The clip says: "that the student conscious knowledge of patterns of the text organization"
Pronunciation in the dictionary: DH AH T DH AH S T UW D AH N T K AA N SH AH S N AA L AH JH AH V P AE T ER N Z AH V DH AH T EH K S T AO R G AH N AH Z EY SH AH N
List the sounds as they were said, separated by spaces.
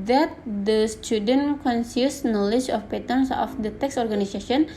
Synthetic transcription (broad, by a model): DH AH T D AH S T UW D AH N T K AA N S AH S N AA L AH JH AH F P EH T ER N S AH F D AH T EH K S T AO R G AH N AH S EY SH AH N